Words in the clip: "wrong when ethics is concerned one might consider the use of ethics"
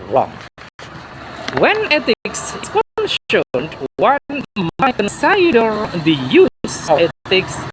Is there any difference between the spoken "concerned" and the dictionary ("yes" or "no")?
yes